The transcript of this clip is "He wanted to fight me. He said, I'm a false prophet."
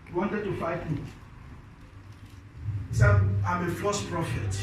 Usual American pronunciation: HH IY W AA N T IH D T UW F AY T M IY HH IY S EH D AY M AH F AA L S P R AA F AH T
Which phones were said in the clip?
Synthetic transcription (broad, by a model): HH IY W AA N T IH D T UW F AY T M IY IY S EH AY M AH F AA S P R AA F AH T